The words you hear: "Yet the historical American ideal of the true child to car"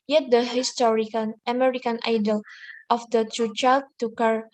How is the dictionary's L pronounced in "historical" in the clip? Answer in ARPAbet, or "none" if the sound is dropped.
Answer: N